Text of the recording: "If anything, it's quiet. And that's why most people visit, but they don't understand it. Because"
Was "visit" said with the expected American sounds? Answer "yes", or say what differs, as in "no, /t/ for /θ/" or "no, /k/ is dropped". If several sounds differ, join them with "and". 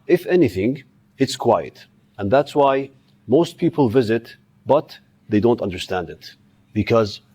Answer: yes